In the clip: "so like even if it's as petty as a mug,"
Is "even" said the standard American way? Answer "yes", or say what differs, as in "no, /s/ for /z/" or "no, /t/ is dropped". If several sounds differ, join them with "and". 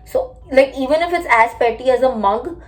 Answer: yes